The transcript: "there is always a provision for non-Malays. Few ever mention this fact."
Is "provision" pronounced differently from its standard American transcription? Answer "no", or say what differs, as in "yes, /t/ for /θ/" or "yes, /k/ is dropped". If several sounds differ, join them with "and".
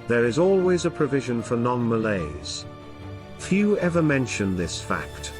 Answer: no